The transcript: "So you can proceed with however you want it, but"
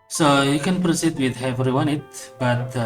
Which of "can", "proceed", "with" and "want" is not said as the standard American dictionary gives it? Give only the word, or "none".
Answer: want